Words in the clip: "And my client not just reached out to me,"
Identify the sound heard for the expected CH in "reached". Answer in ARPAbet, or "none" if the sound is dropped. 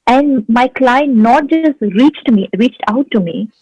CH